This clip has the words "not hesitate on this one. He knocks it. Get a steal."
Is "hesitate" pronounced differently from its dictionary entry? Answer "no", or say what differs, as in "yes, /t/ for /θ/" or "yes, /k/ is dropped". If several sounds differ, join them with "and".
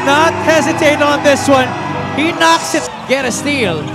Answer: no